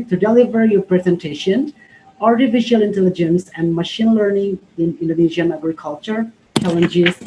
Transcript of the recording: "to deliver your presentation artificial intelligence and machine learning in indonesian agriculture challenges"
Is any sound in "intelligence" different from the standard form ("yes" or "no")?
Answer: no